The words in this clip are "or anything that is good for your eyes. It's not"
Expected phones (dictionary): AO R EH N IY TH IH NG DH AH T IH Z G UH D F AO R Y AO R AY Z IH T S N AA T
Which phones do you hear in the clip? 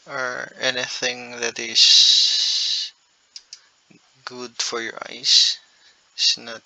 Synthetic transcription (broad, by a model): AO R EH N IY TH IH NG DH AH T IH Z G UH D F AO R Y AO R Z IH S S N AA T